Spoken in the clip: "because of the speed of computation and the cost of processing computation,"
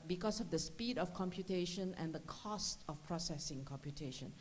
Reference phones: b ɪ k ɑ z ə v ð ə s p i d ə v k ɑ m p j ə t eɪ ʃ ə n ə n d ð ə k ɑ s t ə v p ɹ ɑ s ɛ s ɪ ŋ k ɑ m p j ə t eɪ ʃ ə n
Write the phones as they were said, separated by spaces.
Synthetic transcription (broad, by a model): b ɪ k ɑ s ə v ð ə s p i d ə f k ɑ m p j ə t eɪ ʃ ə n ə n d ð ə k ɑ s t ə f p ɹ ɑ s ɛ s ɪ ŋ k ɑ m p j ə t eɪ ʃ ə n